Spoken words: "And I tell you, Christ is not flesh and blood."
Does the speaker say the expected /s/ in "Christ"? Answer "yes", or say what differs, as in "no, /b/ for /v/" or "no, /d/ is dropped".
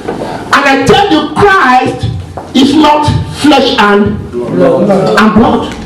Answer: yes